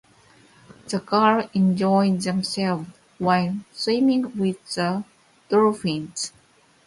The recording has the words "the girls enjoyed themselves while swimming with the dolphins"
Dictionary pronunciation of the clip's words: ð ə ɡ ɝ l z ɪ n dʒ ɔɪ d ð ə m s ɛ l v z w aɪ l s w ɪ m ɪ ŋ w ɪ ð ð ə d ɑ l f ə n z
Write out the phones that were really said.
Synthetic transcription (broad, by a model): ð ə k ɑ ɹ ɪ n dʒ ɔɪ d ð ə m s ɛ l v w aɪ l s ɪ m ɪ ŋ w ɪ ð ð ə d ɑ f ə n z